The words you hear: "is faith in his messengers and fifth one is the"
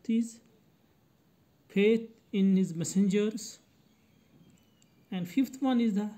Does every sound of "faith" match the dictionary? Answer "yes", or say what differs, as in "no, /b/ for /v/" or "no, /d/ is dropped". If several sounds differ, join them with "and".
no, /p/ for /f/ and /t/ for /θ/